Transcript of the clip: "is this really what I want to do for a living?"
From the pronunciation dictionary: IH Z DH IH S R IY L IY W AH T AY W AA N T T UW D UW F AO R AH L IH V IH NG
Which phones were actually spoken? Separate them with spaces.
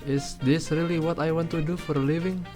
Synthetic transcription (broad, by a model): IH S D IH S R IY L IY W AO T AY W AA N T T UW D UW F AO R L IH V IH NG